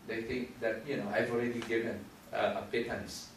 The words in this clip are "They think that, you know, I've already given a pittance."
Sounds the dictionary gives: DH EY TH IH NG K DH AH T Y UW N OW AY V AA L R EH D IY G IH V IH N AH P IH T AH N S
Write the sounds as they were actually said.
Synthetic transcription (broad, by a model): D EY T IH NG K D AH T Y UW N OW AY V AA L R EH D IY G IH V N AH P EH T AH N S